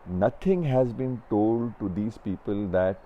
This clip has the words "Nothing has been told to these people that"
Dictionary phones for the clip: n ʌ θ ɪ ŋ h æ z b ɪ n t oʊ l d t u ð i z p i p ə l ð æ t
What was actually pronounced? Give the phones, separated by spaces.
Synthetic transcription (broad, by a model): n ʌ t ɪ ŋ h æ z b ɪ n t oʊ l d t u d i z p i p ə l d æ t